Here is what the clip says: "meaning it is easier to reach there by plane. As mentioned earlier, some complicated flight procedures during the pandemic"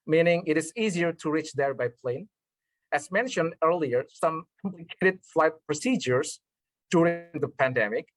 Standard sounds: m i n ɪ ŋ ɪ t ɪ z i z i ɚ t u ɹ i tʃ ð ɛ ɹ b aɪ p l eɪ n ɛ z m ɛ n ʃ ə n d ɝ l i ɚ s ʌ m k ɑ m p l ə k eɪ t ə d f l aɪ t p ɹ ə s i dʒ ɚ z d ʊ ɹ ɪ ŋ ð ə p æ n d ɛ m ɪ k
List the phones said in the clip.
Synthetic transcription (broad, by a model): m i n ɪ ŋ ɪ t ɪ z i z i ɚ t u ɹ i tʃ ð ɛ ɹ b aɪ p l eɪ n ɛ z m ɛ n ʃ ə n d ɝ l i ɚ s ʌ m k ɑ m p l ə k eɪ t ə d f l aɪ t p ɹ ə s i dʒ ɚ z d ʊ ɹ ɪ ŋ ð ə p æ n d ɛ m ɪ k